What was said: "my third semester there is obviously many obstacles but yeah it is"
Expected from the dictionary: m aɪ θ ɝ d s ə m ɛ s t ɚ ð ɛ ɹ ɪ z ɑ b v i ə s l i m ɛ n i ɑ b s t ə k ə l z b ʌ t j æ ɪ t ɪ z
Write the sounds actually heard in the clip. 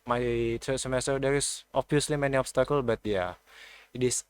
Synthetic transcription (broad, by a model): m aɪ t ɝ s ə m ɛ s t ɚ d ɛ ɹ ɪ s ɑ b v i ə s l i m ɛ n i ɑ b s t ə k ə l b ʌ t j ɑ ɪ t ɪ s